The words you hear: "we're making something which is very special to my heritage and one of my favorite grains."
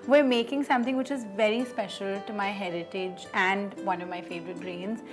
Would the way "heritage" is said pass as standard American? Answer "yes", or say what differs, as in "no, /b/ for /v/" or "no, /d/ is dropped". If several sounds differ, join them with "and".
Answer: yes